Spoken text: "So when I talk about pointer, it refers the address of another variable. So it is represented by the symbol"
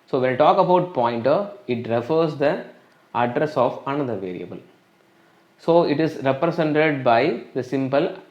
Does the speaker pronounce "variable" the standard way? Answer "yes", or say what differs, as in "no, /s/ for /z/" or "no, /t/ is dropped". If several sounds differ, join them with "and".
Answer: yes